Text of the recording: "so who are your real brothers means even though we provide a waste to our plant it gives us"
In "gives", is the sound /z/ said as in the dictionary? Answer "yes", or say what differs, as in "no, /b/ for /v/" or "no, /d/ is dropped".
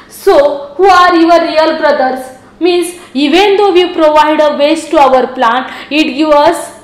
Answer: no, /z/ is dropped